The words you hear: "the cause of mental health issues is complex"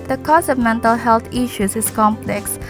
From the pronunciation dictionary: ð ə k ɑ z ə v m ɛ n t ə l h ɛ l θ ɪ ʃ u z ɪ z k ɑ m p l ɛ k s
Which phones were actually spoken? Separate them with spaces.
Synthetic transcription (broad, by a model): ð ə k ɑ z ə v m ɛ n t ə l h ɛ l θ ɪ ʃ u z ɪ s k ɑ m p l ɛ k s